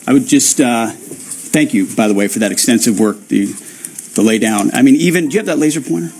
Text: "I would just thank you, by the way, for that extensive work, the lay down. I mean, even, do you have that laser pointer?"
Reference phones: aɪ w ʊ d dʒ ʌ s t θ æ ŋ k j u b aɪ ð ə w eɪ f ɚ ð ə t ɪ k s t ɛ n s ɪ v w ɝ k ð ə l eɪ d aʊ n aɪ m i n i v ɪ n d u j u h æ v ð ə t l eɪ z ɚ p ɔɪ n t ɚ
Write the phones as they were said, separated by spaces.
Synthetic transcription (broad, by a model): aɪ w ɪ d dʒ ʌ s t θ æ ŋ k j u b aɪ ð ə w eɪ f ɚ ð ə t ɪ k s t ɛ n s ɪ v w ɝ k ð ə l eɪ d aʊ n aɪ m i n i v ɪ n d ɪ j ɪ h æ v ð ə t l eɪ z ɚ p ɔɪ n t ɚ